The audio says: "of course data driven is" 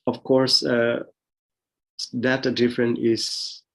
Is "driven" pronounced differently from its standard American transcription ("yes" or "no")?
yes